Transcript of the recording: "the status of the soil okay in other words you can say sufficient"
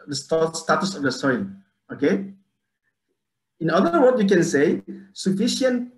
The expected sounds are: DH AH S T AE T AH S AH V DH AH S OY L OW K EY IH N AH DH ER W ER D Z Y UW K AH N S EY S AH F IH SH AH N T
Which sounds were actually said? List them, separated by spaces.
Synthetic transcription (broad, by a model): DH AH S T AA T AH S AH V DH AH S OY N OW K EY IH N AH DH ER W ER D Y UW K AH N S EY S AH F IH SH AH N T